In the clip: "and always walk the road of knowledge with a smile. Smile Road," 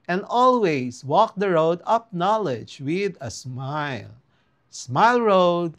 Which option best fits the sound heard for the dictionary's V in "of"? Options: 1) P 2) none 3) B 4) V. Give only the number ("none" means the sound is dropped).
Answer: 1